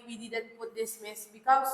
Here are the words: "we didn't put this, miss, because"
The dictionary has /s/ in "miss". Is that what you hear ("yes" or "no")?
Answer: yes